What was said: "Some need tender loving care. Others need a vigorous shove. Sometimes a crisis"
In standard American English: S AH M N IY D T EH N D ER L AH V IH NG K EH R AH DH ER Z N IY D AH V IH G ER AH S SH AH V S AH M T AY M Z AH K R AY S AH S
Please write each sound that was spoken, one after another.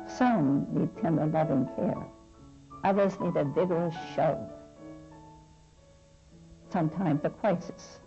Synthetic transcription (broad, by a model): S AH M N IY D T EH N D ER L AH V IH NG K EH R AH DH ER Z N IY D AH V IH G ER AH S SH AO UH S AH M T AY M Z AH K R AY S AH S